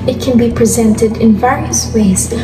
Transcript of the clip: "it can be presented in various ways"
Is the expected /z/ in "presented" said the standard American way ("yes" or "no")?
yes